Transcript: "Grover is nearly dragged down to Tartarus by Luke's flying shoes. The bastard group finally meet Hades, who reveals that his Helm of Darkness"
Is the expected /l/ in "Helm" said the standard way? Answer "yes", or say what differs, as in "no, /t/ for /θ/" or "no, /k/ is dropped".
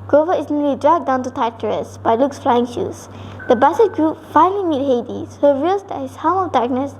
no, /l/ is dropped